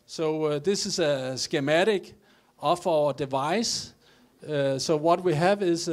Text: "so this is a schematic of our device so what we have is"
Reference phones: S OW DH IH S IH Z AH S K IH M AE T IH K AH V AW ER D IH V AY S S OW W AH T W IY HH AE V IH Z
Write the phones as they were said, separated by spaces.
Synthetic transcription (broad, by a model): S OW DH IH S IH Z AH S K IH M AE T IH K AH F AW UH D IH V AY S S OW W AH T W IY HH AE V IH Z